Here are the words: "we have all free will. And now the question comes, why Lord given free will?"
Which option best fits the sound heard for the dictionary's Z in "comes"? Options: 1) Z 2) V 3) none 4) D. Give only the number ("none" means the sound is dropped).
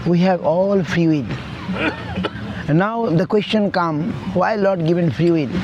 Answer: 3